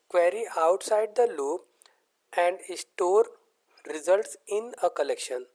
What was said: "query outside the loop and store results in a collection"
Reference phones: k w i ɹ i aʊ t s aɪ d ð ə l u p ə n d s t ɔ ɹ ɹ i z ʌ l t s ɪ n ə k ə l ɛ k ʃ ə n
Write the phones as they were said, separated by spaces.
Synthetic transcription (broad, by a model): k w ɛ ɹ i aʊ t s aɪ d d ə l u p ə n d s t ɔ ɹ ɹ i z ʌ l t s ɪ n ə k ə l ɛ k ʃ ə n